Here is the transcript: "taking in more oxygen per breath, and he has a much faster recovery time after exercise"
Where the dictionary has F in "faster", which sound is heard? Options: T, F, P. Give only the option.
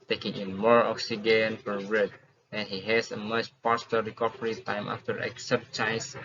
P